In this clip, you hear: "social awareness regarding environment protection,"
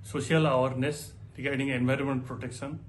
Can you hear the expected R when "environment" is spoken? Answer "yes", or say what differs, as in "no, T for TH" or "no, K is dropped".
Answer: yes